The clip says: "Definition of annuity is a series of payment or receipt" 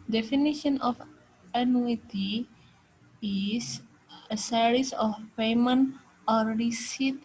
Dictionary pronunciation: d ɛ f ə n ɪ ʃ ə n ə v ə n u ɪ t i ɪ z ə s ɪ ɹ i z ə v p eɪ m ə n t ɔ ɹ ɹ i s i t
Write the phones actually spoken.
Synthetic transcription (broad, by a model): d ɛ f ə n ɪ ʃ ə n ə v ə n u ɪ t i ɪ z ə s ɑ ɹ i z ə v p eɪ m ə n ɔ ɹ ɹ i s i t